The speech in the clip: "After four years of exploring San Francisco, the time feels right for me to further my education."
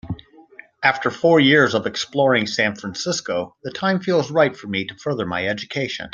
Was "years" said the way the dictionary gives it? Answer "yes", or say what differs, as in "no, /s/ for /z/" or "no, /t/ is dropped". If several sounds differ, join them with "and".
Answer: yes